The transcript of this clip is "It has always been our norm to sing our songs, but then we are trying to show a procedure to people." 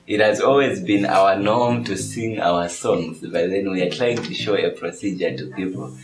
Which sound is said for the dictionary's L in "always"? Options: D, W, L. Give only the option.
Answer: L